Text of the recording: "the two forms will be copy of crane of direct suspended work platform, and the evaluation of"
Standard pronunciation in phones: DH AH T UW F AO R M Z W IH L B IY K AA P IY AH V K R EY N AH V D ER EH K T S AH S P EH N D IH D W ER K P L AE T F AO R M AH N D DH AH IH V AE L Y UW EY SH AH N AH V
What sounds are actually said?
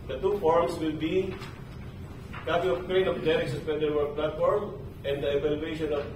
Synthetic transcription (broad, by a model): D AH T UW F AO R M S W IH L B IY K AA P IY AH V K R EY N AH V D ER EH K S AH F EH D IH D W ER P L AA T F AO R M AH N D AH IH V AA L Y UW EY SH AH N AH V